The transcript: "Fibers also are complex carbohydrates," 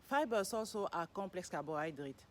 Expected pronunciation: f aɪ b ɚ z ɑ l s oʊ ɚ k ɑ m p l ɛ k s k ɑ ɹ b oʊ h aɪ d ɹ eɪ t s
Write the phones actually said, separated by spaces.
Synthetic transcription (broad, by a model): f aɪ b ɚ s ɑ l s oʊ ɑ k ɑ p l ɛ k s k ɑ b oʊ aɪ d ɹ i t